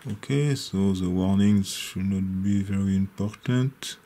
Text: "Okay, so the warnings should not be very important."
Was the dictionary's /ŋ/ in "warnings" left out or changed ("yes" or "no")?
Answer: no